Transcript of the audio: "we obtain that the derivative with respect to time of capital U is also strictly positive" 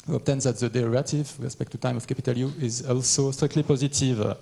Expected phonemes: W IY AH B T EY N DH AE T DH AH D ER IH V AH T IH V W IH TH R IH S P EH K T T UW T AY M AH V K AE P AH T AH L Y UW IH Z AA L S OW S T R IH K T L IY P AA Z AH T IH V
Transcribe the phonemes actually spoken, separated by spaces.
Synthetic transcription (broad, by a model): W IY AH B T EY N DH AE T DH AH D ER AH T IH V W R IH S P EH K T T UW T AY M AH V K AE P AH T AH L Y UW IH Z AA L S OW S T R IH K T L IY P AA Z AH T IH V